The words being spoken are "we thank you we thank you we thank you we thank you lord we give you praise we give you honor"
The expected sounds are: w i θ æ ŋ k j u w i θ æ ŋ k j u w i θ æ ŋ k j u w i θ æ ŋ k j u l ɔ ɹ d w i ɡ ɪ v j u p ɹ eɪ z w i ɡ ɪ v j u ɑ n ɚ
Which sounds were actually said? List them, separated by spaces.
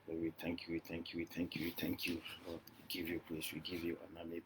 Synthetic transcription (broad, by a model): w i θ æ ŋ k j u w i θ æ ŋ k j u w i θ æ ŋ k j u w i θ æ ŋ k j u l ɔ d w i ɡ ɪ v j u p l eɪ s w i ɡ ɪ v j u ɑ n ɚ